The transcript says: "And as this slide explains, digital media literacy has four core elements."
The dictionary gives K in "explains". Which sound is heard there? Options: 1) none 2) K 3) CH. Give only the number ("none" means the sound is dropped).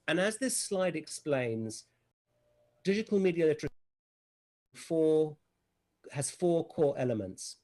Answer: 2